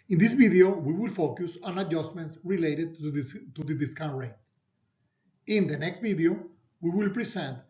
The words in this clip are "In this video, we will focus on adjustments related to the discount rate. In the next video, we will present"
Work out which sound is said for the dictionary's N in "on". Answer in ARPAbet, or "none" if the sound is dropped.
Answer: N